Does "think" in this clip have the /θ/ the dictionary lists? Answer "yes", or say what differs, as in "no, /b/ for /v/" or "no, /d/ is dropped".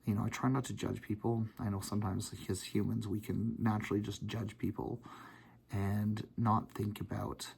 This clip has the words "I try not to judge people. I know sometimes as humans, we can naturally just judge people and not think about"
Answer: yes